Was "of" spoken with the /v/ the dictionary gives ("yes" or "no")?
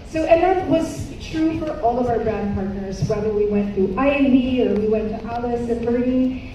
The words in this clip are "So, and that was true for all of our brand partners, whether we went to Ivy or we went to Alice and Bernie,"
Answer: yes